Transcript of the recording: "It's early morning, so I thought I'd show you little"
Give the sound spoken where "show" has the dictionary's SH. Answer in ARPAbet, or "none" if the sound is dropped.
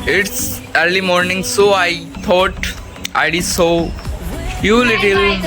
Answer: S